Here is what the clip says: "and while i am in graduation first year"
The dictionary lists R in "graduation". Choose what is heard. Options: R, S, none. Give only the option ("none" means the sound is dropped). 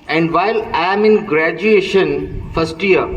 R